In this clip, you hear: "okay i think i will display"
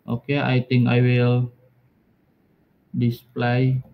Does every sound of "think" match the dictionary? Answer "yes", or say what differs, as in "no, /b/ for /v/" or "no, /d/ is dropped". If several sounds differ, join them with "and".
no, /t/ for /θ/